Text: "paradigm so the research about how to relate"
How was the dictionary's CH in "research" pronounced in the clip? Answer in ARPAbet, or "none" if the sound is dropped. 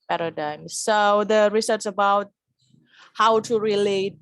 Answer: S